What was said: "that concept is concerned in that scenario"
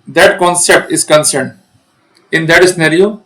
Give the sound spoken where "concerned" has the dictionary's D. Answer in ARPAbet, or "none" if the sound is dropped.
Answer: D